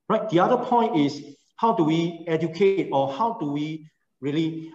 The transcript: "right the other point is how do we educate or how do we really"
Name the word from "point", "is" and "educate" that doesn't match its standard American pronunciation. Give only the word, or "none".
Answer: is